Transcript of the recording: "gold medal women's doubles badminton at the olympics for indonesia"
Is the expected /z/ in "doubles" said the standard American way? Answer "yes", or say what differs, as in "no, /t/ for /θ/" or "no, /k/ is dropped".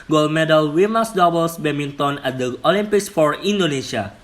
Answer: no, /s/ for /z/